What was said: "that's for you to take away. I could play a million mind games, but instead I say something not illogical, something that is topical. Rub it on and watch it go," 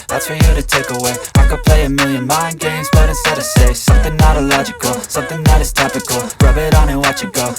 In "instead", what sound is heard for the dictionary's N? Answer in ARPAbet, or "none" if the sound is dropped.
none